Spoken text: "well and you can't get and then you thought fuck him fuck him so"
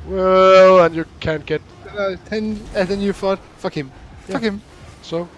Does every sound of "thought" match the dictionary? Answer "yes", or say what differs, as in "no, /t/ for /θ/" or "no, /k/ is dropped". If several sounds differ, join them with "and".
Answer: no, /f/ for /θ/